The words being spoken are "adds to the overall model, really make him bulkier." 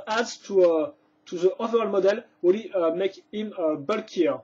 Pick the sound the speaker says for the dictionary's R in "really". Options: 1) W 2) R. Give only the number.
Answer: 1